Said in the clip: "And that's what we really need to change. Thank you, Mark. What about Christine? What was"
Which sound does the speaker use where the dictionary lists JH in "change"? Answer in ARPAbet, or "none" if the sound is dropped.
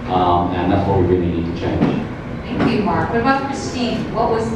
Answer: Z